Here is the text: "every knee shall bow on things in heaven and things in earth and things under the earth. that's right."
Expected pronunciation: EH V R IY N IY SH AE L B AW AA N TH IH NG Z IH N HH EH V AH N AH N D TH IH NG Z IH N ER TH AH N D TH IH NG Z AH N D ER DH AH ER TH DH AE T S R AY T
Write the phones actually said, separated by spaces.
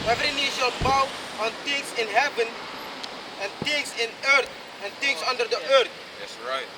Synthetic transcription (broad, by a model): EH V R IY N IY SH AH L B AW AA N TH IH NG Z IH N HH EH V AH N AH N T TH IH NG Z IH N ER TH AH N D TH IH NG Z AH N D ER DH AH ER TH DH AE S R AY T